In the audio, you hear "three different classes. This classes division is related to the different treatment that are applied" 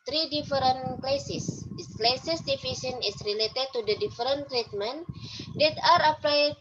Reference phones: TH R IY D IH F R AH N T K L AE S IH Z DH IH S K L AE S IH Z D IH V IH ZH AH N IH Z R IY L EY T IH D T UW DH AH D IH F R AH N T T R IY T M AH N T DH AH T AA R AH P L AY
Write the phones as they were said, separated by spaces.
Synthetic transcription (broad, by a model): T R IY D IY F R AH N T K L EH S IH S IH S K L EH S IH S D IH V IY S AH N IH S R IY L EY T IH D T UW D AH D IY F R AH N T T R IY T M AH N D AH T AA R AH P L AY